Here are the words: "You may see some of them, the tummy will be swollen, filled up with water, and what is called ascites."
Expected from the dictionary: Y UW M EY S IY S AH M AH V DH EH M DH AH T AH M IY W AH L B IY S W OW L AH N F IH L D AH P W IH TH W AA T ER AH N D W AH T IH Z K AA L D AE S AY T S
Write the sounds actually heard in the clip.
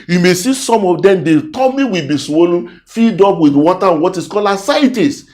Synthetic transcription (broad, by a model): Y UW M EY S IY S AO M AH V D EH M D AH T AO M IY W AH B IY S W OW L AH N F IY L D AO P W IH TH W AA T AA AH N W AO T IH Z K AA L AA S AY T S